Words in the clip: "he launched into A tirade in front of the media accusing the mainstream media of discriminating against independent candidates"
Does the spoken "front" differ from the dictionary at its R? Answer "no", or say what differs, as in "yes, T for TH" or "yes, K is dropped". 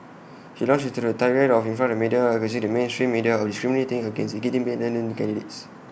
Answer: yes, R is dropped